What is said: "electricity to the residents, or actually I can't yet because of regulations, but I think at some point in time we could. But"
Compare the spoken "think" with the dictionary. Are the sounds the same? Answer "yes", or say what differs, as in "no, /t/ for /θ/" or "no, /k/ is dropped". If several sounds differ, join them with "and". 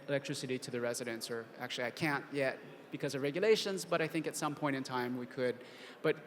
yes